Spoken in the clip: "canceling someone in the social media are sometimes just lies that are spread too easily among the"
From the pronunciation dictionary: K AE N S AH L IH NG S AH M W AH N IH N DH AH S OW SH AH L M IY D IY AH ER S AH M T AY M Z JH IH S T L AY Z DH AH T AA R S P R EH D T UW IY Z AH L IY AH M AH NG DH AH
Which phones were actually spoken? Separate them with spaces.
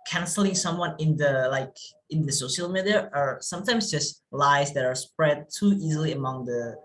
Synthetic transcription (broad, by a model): K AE N S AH L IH NG S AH M W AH L IH N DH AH S OW SH AH L M IY D IY AH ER S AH M T AY M S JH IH S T L AY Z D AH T AA R S P R EH D T UW IY Z AH L IY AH M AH NG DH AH